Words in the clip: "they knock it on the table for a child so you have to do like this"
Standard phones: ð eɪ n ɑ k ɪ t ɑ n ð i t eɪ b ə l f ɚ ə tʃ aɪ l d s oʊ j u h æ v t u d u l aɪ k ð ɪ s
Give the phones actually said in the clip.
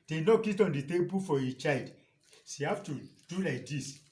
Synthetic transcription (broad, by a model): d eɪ n ɑ k ɪ t ɑ n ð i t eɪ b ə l f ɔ ə tʃ aɪ l d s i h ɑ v t u d u l aɪ k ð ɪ s